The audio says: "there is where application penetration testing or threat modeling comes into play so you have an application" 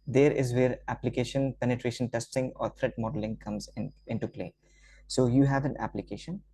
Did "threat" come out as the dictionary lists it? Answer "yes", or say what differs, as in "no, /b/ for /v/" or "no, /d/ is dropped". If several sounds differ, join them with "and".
no, /t/ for /θ/